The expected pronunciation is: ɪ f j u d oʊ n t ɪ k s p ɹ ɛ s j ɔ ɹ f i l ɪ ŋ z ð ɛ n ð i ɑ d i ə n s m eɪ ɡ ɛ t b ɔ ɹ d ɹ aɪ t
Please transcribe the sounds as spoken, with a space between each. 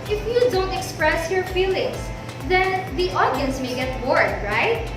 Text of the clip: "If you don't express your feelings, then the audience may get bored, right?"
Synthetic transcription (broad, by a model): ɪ f j u d oʊ n t ɪ k s p ɹ ɛ s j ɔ ɹ f i l ɪ ŋ s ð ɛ n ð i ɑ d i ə n s m eɪ ɡ ɛ t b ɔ ɹ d ɹ aɪ t